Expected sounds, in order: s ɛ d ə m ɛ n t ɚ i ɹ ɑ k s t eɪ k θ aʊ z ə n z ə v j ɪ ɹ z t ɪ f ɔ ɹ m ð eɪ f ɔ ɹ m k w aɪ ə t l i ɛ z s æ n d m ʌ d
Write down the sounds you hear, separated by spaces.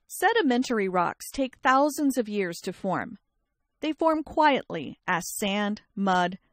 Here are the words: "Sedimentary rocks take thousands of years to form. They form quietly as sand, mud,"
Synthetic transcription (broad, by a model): s ɛ d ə m ɛ n t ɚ i ɹ ɑ k s t eɪ k θ aʊ z ə n z ə v j ɪ ɹ z t ɪ f ɔ ɹ m ð eɪ f ɔ ɹ m k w aɪ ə t l i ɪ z s æ n d m ʌ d